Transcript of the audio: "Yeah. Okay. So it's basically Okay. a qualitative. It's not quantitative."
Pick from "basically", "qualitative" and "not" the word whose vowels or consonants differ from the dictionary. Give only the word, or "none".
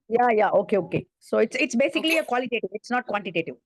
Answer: basically